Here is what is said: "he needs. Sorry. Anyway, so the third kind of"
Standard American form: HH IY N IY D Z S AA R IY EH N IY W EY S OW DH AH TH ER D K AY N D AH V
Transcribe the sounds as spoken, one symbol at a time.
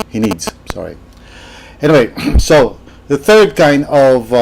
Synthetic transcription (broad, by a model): HH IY N IY D Z S AA R IY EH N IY W EY S OW DH AH TH ER D K AY N D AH V